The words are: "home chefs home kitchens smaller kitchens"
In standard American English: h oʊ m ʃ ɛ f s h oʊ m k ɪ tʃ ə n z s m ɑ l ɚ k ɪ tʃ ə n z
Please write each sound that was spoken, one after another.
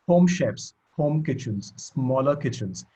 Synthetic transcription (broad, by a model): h oʊ m ʃ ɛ p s h oʊ m k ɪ tʃ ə n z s m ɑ l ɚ k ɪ tʃ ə n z